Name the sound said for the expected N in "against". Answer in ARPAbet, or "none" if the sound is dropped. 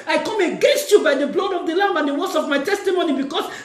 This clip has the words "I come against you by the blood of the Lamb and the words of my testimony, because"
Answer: N